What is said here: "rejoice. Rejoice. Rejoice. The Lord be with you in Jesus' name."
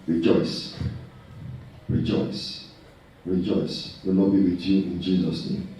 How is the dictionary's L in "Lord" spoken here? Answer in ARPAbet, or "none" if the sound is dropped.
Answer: N